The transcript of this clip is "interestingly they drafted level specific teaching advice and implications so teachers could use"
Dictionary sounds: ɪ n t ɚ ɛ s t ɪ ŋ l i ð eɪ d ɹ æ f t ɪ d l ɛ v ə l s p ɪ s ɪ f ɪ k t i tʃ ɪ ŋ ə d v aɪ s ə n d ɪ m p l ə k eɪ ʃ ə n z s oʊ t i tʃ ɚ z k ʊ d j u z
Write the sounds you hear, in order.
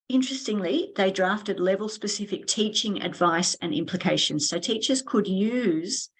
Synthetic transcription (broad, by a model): ɪ n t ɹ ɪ s t ɪ ŋ l i ð eɪ d ɹ æ f t ɪ d l ɛ v ə l s p ɪ s ɪ f ɪ k t i tʃ ɪ ŋ ə d v aɪ s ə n ɪ m p l ə k eɪ ʃ ə n z s oʊ t i tʃ ɚ z k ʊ d j u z